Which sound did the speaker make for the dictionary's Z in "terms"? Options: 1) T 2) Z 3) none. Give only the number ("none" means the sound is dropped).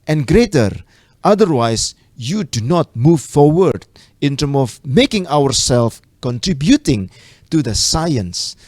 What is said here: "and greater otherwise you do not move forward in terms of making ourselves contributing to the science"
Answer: 3